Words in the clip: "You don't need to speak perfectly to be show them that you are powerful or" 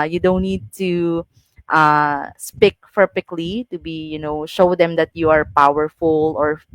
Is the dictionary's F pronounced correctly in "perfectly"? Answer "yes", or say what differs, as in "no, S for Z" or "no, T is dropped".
no, P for F